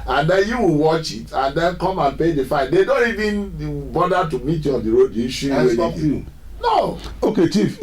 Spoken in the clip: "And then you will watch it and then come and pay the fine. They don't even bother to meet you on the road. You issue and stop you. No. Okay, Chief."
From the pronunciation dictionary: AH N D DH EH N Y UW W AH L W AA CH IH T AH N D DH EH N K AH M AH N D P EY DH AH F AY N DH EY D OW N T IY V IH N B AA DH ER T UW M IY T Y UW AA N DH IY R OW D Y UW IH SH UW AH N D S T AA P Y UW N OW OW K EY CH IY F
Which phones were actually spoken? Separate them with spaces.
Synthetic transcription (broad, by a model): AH N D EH N Y UW W AH L W AA CH IH T AH N D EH N K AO M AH N P EY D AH F AY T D EY D OW N T IY V IH N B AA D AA T UW M IY T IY AA N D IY R OW D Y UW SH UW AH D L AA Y N OW OW K EY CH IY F